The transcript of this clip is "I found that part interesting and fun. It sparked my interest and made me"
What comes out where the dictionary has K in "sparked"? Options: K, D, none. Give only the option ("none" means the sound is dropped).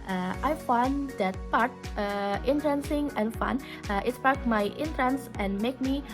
none